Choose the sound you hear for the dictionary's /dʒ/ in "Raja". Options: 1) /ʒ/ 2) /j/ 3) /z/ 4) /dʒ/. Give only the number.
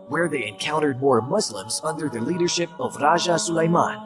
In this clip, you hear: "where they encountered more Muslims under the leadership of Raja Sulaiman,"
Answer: 1